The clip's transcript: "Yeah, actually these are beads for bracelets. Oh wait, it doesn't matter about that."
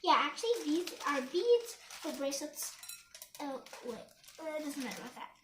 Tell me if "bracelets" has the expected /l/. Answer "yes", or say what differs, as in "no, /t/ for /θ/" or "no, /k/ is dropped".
no, /l/ is dropped